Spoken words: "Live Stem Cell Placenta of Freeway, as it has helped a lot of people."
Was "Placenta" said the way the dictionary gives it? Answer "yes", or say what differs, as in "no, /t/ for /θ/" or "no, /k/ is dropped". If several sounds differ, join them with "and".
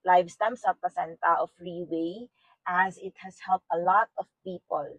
no, /l/ is dropped